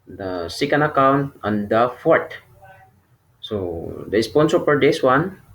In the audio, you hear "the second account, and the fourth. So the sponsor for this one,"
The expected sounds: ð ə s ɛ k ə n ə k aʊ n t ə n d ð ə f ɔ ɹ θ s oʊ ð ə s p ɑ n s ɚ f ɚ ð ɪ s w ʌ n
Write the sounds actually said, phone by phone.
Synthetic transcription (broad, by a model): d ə s ɛ k ə n ə k aʊ n t ə n d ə f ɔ ɹ t s oʊ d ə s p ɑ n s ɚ p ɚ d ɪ s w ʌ n